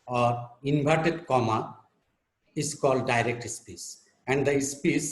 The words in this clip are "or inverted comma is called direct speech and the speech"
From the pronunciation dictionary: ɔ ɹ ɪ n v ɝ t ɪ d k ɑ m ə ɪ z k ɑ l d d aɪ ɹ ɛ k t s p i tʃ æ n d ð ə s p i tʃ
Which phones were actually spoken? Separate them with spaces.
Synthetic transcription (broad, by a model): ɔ ɹ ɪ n b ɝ t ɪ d k ɑ m ə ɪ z k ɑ l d d aɪ ɹ ɛ k t s p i s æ n d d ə s p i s